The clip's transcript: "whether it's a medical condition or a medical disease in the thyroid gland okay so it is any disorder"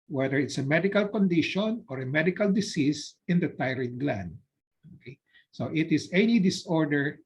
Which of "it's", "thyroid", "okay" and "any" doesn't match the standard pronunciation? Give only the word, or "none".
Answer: thyroid